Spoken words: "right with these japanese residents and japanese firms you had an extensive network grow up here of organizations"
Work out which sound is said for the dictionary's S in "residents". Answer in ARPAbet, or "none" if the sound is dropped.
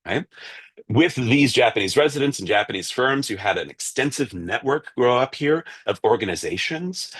S